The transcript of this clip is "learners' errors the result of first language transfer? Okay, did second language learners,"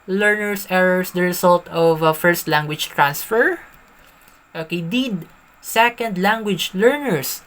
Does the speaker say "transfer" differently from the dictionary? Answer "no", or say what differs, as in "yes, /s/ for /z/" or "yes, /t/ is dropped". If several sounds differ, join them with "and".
no